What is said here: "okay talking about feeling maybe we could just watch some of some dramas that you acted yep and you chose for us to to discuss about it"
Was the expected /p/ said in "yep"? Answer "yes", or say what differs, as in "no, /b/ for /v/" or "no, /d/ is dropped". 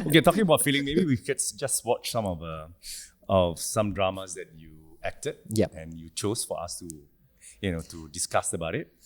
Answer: no, /p/ is dropped